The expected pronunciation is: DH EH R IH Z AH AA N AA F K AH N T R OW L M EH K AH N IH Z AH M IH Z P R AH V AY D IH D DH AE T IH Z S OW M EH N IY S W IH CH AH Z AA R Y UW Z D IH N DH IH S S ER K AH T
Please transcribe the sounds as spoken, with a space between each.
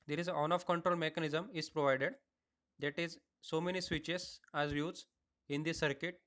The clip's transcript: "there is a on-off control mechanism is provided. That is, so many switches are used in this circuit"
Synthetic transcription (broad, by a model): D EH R IH Z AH AA N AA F K AH N T R OW L M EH K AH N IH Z AH M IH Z P R AH V AY D IH D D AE T IH Z S OW M EH N IY S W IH CH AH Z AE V Y UW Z IH N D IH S S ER K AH T